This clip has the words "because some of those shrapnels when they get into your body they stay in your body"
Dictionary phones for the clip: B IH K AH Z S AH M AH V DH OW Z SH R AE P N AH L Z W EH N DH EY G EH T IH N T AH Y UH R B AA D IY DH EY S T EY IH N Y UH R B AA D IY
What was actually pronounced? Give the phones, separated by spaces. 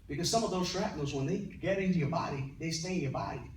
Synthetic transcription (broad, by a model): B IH K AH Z S AH M AH V DH OW Z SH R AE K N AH Z W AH N DH EY G EH T IH N T AH Y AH R B AA D IY DH EY S T EY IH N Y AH R B AA D IY